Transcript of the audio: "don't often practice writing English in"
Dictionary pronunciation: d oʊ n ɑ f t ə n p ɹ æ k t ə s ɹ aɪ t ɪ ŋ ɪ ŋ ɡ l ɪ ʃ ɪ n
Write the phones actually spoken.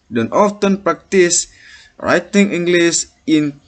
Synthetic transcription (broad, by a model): d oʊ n ɑ f t ə n p ɹ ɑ k t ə s ɹ aɪ t ɪ ŋ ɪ ŋ ɡ l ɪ s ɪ n